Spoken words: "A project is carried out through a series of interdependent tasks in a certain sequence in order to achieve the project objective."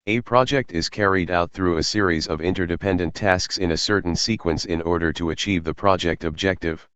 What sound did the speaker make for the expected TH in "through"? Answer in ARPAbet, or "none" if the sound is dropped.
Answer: TH